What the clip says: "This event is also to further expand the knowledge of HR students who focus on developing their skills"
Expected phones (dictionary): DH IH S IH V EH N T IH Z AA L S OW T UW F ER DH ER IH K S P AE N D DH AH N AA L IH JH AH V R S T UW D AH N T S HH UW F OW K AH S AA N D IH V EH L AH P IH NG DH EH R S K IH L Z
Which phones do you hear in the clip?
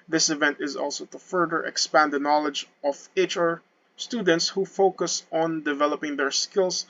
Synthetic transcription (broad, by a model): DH IH S IH V EH N T IH Z AA L S OW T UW F ER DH ER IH K S P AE N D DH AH N AA L IH JH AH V R S T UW D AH N T S HH UW F OW K AH S AA N D IH V EH L AH P IH NG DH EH R S K IH L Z